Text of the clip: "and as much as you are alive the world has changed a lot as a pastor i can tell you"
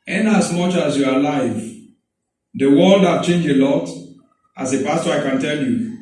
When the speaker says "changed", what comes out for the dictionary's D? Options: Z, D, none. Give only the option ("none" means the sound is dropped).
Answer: none